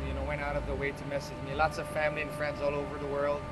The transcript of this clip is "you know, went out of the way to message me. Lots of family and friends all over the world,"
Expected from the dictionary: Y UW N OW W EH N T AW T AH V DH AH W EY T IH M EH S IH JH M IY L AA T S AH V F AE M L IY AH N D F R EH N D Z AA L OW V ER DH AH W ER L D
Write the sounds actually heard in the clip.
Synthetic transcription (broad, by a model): Y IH N OW W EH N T AW T AH V DH AH W EY T IH M EH S IH JH M IY L AA T S AH V F AE M L IY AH N F R EH N D Z AA L OW V ER DH AH W ER L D